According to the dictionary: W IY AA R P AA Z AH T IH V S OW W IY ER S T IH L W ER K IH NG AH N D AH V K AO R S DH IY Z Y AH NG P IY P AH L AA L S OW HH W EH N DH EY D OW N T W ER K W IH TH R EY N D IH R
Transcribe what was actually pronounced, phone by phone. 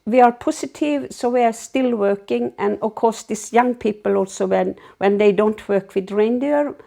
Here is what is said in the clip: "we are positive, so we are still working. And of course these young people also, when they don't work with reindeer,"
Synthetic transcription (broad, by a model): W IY AA R P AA S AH T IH V S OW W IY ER S T IH L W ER K IH NG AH N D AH K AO S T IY S Y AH NG P IY P AH L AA L S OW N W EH N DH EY D OW N T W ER K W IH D R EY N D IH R